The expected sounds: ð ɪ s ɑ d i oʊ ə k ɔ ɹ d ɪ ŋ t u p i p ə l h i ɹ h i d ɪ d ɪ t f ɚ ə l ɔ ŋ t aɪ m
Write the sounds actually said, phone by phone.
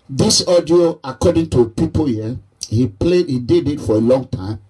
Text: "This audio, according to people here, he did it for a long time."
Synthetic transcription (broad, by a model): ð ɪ s ɑ d i oʊ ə k ɔ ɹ d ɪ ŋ t u p i p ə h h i l h i d ɪ d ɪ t f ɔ ə l ɔ ŋ t aɪ m